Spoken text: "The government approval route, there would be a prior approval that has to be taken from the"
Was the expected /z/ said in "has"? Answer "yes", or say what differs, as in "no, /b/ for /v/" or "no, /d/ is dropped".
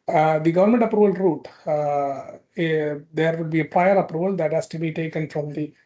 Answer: no, /s/ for /z/